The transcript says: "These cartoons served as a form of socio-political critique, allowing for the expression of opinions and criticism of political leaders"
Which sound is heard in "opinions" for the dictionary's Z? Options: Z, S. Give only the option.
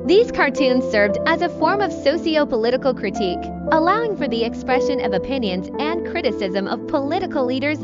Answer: Z